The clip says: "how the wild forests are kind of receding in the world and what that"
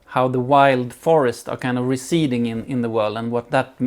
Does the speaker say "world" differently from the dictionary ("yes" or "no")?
no